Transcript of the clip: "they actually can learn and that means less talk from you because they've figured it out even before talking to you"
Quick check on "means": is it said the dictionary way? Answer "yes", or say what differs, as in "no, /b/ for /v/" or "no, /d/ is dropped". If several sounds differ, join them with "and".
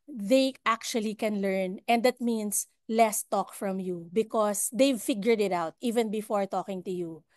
no, /s/ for /z/